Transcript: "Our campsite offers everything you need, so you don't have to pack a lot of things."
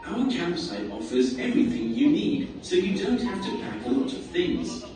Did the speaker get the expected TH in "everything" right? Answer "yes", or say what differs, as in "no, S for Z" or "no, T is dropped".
yes